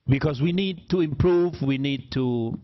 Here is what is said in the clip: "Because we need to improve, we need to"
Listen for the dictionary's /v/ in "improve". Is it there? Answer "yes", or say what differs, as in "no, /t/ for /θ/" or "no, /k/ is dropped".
yes